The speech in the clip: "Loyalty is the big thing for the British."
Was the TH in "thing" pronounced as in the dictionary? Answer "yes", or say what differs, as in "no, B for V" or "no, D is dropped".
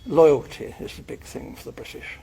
yes